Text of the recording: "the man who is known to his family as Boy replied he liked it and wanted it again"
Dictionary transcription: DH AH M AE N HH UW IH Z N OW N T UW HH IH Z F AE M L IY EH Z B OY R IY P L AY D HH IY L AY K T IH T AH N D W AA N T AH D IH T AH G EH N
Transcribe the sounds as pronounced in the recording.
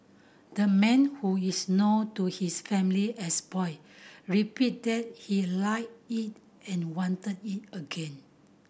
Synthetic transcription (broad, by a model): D AH M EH N HH UW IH S N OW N T UW HH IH S F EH M L IY EH S B OY R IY P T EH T HH IY L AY T IH T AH N W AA N T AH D IH T AH G EH N